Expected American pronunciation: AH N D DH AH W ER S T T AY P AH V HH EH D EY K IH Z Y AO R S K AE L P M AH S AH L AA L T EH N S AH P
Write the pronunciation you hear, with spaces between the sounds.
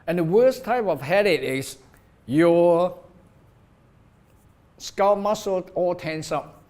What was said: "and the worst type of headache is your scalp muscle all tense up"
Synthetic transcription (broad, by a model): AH N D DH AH W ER S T T AY P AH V HH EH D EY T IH S Y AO S K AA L M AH S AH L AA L T EH N S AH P